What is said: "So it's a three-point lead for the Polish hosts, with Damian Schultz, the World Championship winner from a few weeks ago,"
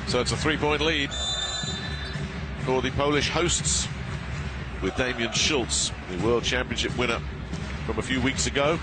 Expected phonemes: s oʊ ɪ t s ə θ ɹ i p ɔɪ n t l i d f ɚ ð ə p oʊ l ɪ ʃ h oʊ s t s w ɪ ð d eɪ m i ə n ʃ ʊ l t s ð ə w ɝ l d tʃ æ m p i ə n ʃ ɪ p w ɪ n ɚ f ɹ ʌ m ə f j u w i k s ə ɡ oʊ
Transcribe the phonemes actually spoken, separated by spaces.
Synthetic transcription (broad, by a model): s oʊ ɪ t s ə θ ɹ i p ɔɪ n t l i d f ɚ ð ə p oʊ l ɪ ʃ h oʊ s t s w ɪ ð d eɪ m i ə n ʃ ʊ l t s ð ə w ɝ l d tʃ æ m p i ə n ʃ ɪ p w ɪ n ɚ f ɹ ʌ m ə f j u w i k s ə ɡ oʊ